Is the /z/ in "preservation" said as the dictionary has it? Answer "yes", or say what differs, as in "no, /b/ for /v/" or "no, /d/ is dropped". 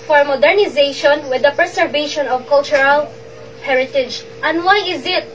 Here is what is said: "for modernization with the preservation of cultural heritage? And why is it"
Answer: no, /s/ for /z/